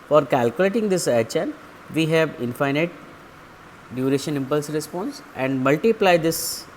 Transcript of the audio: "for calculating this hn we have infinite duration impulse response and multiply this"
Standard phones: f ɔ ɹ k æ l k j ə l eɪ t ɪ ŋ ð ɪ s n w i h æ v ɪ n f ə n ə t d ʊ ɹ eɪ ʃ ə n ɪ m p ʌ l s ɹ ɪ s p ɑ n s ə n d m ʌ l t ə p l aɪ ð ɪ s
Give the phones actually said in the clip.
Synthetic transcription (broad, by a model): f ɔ ɹ k æ l k j ə l eɪ t ɪ ŋ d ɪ s n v i h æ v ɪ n f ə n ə t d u ɹ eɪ ʃ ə n ɪ m p ʌ l s ɹ ɪ s p ɑ n s ə n d m ʌ l t ə p l aɪ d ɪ s